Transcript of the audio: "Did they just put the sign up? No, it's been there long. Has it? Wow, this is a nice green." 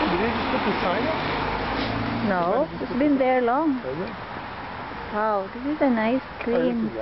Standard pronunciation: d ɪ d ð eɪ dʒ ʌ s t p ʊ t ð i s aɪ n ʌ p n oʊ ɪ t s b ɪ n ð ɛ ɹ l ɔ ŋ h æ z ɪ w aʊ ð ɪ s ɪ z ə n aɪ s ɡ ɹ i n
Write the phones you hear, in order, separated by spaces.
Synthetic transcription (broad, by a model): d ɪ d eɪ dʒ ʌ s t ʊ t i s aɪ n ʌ n oʊ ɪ s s b ɪ n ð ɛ ɹ l ɔ ŋ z w aʊ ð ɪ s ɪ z ə n aɪ s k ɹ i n